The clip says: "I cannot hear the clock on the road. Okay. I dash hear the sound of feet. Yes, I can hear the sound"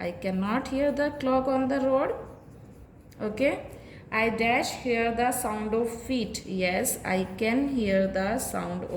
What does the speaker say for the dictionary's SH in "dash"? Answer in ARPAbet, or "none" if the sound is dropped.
SH